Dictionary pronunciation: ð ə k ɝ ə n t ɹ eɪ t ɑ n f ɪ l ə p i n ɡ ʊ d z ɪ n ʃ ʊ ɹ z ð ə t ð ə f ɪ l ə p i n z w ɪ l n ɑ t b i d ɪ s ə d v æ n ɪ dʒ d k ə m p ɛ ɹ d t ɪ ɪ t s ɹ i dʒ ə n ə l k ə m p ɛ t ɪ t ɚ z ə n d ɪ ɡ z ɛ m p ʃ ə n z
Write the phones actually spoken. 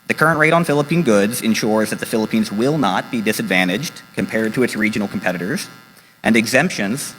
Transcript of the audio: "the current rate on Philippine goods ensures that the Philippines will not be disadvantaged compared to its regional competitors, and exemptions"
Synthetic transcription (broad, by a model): ð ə k ɝ ə n t ɹ eɪ t n f ɪ l ə p i n ɡ ʊ d z ɪ n ʃ ʊ ɹ z ð ə t ð ə f ɪ l ə p i n z w ɪ l n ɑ t b i d ɪ s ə d v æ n ɪ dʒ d k ə m p ɛ ɹ d t ɪ ɪ t s ɹ i dʒ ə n l k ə m p ɛ t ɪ t ɚ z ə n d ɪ ɡ z ɛ m p ʃ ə n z